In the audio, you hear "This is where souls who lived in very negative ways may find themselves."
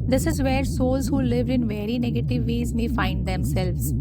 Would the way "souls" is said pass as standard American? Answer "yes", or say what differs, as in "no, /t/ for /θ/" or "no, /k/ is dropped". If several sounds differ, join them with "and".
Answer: yes